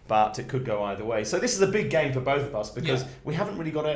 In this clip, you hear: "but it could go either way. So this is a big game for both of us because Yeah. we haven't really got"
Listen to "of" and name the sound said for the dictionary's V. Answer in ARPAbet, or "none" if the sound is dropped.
V